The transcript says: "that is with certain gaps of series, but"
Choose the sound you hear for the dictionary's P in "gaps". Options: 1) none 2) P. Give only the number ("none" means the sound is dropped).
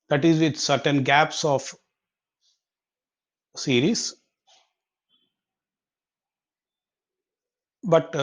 2